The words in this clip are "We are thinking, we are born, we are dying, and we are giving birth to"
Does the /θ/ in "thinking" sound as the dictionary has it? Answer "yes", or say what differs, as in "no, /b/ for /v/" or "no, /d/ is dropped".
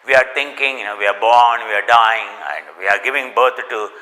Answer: no, /t/ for /θ/